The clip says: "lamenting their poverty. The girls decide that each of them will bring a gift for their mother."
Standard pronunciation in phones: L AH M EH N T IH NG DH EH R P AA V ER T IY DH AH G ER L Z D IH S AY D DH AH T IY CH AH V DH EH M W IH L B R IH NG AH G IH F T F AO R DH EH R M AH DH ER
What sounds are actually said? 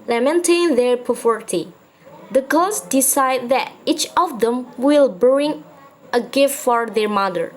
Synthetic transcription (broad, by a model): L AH M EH N T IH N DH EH R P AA F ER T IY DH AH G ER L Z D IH S AY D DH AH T IY CH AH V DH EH M W IH L B R IH NG AH G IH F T F AO R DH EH R M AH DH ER